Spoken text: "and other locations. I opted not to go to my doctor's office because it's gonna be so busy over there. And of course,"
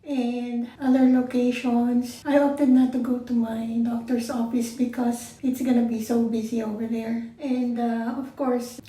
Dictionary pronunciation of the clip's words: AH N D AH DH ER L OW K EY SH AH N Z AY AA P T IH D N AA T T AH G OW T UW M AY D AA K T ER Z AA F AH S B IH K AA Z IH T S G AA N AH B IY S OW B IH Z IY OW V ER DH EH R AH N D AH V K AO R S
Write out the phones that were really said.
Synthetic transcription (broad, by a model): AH N D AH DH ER L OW K EY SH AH N S AY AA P T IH D N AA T T AH G OW T UW M AY D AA K T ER S AA F AH S B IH K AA S IH T S G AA N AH B IY S OW B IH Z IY OW V ER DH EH R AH N D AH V K AO R S